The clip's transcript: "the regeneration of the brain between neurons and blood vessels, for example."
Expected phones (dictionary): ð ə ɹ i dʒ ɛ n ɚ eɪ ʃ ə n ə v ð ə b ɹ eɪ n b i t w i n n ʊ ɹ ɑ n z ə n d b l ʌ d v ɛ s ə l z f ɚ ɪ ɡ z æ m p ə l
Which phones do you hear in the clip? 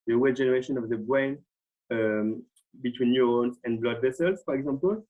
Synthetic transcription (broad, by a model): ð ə w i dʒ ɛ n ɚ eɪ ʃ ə n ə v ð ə b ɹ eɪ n b i t w i n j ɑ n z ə n b l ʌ d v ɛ s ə l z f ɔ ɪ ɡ z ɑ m p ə l